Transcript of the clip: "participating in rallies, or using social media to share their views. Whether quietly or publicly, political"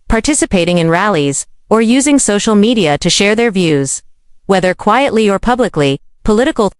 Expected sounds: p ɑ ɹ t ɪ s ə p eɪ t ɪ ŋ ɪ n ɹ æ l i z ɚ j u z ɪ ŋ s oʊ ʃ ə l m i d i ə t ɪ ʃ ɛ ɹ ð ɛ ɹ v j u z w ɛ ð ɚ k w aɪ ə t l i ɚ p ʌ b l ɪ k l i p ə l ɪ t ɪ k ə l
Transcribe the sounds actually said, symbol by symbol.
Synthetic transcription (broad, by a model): p ɑ ɹ t ɪ s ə p eɪ t ɪ ŋ ɪ n ɹ æ l i z ɚ j u z ɪ ŋ s oʊ ʃ l m i d i ə t ɪ ʃ ɛ ɹ ð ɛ ɹ v j u z w ɛ ð ɚ k w aɪ ə t l i ɚ p ʌ b l ɪ k l i p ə l ɪ t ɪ k l